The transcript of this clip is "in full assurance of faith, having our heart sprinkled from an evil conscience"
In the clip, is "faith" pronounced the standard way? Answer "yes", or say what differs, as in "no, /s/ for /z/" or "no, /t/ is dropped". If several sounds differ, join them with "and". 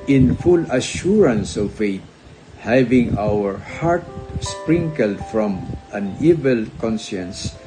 no, /t/ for /θ/